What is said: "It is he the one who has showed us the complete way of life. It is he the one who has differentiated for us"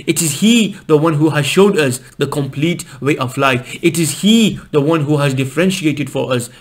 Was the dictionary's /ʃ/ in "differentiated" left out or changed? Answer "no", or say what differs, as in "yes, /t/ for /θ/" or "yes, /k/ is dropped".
no